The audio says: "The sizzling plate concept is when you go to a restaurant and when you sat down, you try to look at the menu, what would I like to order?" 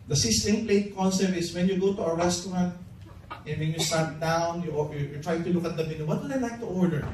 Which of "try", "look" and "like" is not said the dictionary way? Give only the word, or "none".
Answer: like